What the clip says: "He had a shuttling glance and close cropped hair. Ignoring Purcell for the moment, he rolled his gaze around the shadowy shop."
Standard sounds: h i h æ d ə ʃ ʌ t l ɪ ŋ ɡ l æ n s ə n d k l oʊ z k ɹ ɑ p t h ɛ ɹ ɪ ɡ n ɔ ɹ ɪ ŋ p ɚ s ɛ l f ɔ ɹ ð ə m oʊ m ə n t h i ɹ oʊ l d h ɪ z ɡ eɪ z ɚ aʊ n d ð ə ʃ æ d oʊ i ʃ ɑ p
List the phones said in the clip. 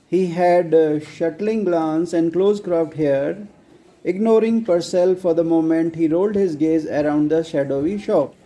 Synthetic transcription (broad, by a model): h i h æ d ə ʃ ʌ t l ɪ ŋ ɡ l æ n s ə n d k l oʊ z k ɹ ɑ f t h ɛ ɹ ɪ ɡ n ɔ ɹ ɪ ŋ p ɚ s ɛ l f ɔ ɹ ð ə m oʊ m ə n t h i ɹ oʊ l d h ɪ z ɡ eɪ z ɚ aʊ n d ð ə ʃ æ d oʊ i ʃ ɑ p